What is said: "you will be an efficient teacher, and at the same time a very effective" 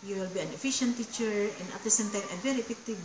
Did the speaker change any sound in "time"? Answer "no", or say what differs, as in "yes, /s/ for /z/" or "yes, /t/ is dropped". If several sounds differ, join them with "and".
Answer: yes, /m/ is dropped